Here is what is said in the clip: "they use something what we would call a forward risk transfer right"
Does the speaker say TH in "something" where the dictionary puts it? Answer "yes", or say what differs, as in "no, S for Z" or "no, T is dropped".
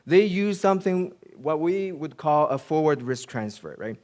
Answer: yes